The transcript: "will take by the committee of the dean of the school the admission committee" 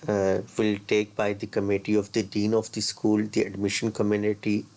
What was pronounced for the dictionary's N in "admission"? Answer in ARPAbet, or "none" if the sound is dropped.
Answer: N